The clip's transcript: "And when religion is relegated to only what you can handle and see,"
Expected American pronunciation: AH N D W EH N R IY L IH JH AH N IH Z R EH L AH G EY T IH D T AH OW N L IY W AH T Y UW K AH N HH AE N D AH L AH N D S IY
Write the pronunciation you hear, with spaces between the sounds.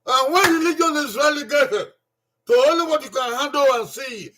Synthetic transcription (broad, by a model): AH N W EH N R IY L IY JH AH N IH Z R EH L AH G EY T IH T AH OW L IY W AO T Y UW K AH N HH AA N D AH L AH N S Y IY